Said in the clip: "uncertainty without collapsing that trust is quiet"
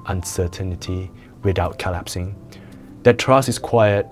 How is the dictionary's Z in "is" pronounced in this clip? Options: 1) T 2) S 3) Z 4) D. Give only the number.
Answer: 2